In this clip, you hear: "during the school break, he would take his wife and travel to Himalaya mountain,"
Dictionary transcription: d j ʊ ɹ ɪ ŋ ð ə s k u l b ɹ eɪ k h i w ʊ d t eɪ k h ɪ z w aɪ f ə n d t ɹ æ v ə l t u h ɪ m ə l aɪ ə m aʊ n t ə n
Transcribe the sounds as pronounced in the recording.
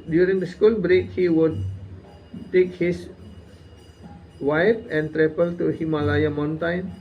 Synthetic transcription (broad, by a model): d j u ɹ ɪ ŋ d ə s k u l b ɹ eɪ k h i w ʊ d t eɪ k h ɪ s w aɪ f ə n t ɹ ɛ p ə l t u h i m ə l aɪ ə m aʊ n t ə n